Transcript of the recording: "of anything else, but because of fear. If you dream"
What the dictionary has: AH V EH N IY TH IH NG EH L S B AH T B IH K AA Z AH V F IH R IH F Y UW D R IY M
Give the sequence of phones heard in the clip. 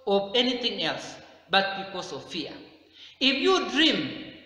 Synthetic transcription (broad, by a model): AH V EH N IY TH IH NG EH L S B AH T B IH K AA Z AH V F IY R IH F Y UW D R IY M